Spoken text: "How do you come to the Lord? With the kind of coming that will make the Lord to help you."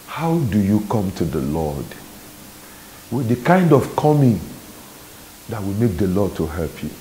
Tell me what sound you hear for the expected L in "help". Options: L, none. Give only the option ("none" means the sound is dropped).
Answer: L